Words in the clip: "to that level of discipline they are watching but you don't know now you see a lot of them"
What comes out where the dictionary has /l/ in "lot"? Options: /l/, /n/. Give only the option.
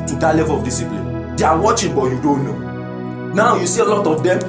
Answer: /l/